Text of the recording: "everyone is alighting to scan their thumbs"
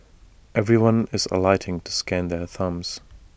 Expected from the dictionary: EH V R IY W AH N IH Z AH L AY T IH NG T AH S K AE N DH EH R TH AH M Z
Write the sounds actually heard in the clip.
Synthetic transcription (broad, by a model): EH V R IY W AH N IH Z AH L AY T IH NG T AH S K AE N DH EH R TH AH M Z